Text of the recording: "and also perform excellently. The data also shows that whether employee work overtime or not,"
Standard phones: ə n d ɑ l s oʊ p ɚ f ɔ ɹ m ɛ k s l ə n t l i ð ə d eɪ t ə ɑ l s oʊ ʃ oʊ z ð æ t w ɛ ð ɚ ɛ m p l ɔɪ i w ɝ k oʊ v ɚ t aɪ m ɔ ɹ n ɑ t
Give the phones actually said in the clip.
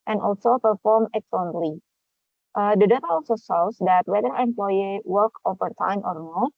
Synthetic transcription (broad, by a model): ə n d ɑ l s oʊ p ɚ f ɔ ɹ m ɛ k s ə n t l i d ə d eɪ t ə ɑ l s oʊ s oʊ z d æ t w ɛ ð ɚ ɛ m p l ɔɪ i w ɝ k oʊ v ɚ t aɪ m ɔ ɹ n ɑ t